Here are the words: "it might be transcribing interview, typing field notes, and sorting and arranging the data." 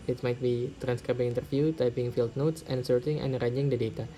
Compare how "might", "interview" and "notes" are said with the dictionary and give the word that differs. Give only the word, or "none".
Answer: interview